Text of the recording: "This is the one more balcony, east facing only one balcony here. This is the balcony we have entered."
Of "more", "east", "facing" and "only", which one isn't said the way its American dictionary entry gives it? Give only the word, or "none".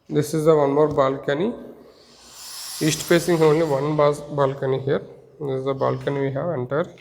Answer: facing